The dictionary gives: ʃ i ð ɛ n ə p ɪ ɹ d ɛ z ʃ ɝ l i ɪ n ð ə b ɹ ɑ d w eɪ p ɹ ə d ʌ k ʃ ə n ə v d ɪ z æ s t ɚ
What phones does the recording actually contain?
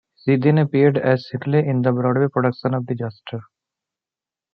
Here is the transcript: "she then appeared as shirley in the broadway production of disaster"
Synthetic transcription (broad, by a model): s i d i n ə p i ɹ d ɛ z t l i ɪ n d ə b ɹ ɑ d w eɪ p ɹ ə d ʌ k ʃ ə n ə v d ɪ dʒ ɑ s t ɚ